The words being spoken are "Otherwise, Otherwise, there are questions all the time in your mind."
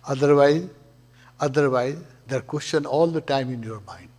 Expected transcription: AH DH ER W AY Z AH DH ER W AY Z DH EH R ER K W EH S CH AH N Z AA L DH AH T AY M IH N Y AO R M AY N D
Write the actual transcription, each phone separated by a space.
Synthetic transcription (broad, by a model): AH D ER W AY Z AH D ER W AY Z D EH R K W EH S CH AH N AA L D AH T AY M IH N Y AO R M AY N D